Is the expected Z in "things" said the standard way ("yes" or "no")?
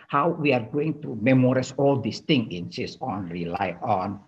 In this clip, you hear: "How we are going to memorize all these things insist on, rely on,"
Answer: no